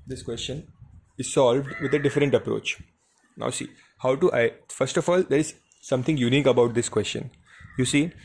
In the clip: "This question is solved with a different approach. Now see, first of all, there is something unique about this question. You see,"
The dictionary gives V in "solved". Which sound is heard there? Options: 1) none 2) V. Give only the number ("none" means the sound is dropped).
2